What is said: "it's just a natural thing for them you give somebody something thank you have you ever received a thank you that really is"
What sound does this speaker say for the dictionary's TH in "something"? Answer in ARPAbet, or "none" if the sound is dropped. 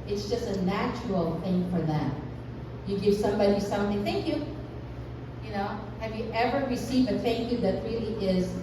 TH